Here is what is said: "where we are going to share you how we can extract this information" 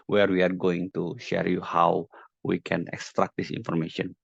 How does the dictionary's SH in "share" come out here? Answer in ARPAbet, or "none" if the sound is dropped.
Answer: SH